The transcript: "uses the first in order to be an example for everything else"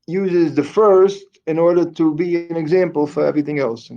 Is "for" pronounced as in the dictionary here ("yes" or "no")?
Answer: yes